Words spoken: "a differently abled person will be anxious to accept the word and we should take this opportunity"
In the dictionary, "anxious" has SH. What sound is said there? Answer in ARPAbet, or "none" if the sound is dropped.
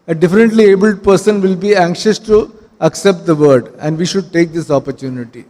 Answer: SH